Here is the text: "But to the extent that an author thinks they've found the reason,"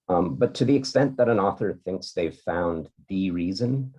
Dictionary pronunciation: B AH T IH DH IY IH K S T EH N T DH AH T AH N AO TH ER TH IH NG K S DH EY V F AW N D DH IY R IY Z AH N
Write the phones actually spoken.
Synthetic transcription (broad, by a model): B AH T IH DH IY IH K S T EH N DH AH T AH N AO TH ER TH IH NG K S DH EY V F AW N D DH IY R IY Z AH N